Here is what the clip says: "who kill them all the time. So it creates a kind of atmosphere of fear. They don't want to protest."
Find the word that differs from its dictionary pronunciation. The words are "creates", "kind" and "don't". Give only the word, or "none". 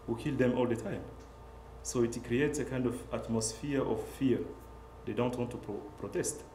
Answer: none